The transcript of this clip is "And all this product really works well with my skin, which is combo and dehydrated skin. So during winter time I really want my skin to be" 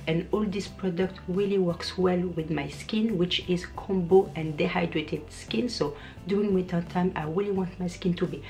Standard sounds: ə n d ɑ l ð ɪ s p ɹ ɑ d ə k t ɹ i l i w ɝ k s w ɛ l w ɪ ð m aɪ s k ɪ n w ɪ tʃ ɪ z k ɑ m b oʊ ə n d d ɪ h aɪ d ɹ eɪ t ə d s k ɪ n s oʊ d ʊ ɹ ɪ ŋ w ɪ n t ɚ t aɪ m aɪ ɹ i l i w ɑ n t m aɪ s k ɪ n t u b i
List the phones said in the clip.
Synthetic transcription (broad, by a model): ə n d ɑ l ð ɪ s p ɹ ɑ d ə k t ɹ i l i w ɝ k s w ɛ l w ɪ ð m aɪ s k ɪ n w ɪ tʃ ɪ z k ɑ m b oʊ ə n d d ɪ h aɪ d ɹ eɪ t ə d s k ɪ n s oʊ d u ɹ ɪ ŋ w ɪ t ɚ t aɪ m aɪ ɹ i l i w ɑ n t m aɪ s k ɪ n t u b i